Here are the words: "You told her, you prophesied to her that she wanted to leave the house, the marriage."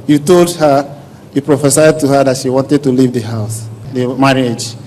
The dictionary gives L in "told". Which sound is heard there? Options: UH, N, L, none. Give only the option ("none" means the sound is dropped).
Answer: L